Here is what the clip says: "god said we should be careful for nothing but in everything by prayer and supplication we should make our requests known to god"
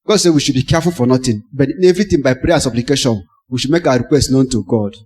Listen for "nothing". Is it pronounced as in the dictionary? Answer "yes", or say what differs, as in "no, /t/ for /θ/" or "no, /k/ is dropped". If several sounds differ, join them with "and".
no, /t/ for /θ/